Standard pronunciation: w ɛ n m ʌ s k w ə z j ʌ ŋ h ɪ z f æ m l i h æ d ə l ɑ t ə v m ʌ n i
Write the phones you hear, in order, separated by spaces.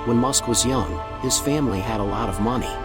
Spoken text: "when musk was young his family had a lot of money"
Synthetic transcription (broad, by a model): w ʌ n m ʌ s k w ə z j ʌ ŋ h ɪ z f æ m l i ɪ d ə l ɑ t ə v m ʌ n i